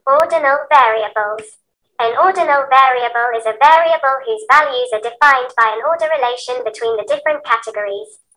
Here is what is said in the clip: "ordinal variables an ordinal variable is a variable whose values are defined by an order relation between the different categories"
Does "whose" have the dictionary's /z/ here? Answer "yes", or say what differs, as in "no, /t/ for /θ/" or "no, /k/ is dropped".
yes